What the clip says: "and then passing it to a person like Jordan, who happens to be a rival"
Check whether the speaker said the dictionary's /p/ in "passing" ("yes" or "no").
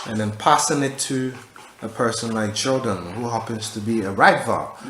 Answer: yes